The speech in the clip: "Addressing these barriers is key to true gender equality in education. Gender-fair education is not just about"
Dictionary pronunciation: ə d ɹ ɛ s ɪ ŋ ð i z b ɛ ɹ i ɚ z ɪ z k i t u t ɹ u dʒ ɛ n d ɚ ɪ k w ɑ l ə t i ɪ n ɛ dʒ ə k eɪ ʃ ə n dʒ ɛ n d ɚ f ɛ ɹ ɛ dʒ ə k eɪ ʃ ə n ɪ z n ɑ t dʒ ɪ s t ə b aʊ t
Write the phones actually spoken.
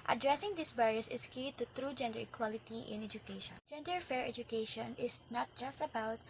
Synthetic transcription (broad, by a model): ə d ɹ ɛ s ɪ ŋ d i s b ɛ ɹ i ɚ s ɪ s k i t u t ɹ u dʒ ɛ n d ɚ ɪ k w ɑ l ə t i ɪ n ɛ dʒ ə k eɪ ʃ ə n dʒ ɛ n d ɚ f ɛ ɹ ɛ dʒ ə k eɪ ʃ ə n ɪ s n ɑ t dʒ ɪ s t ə b aʊ t